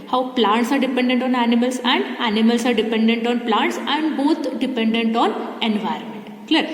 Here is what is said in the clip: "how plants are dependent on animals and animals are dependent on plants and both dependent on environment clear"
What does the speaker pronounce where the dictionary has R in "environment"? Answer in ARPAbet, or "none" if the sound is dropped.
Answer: R